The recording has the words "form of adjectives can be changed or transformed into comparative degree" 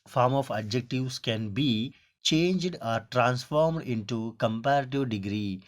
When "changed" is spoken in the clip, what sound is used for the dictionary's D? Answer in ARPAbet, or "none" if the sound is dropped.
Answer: D